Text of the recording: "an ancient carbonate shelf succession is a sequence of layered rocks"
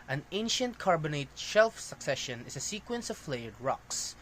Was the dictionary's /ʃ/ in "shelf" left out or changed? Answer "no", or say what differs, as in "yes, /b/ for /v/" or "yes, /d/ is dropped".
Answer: no